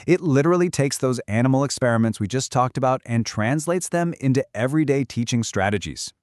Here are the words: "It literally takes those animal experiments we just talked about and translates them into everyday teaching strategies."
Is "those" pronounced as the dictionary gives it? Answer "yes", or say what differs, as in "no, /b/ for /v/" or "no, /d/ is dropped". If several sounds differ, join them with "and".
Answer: yes